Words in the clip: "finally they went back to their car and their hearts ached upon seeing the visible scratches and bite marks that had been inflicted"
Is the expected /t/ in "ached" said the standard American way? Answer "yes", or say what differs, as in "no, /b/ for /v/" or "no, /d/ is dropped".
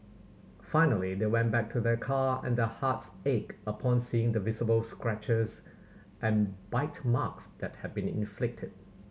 no, /t/ is dropped